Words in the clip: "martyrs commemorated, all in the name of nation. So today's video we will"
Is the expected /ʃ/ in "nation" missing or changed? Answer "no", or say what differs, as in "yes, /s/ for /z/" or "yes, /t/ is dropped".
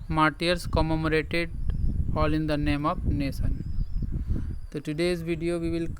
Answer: yes, /s/ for /ʃ/